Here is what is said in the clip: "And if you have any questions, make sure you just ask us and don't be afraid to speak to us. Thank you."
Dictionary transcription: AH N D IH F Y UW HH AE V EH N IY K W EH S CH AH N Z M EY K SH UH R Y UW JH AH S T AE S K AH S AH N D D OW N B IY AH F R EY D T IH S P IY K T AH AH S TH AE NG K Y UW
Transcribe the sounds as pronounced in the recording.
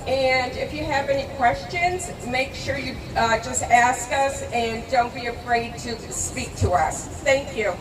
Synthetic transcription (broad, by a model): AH N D IH F Y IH V EH N IY K W EH S CH AH N Z M EY K SH UH R Y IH JH AH S T AE S K AH S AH N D D OW N B IY AH F R EY D T IH S P IY K T AH AH S TH AE NG K Y UW